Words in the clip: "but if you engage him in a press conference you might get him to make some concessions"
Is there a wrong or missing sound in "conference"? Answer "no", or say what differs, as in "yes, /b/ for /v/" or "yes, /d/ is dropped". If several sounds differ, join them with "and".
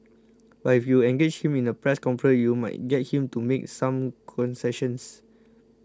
yes, /s/ is dropped